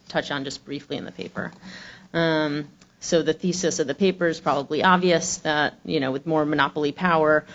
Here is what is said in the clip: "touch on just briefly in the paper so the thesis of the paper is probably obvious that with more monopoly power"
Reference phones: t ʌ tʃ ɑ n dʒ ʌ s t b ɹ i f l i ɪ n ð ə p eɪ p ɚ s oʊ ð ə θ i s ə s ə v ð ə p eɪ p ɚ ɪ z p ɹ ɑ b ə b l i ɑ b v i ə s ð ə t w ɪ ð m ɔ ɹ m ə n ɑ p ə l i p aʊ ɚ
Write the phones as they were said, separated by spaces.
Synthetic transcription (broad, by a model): t ʌ tʃ n dʒ ʌ s b ɹ i f l i ɪ n ð ə p eɪ p ɚ s oʊ ð ə θ i s ə s ə v ð ə p eɪ p ɚ ɪ z p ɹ ɑ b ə b l i ɑ b v i ə s ð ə t w ɪ ð m ɔ ɹ m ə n ɑ p l i p aʊ ɚ